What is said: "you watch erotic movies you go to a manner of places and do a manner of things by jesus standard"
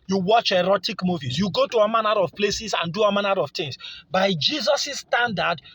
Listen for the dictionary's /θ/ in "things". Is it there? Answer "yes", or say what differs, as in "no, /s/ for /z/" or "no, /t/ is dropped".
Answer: no, /t/ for /θ/